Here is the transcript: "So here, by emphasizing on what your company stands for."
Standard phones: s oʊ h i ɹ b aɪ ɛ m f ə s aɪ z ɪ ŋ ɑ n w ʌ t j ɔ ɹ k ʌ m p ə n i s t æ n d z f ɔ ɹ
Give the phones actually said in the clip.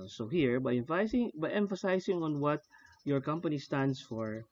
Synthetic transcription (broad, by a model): s oʊ h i ɹ b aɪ ɛ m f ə s aɪ s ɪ ŋ ɑ n w ʌ t j ɔ ɹ k ʌ m p ə n i s t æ n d s f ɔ ɹ